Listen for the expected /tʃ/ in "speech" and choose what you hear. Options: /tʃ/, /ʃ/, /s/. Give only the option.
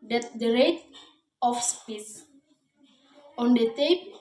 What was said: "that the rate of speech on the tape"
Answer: /s/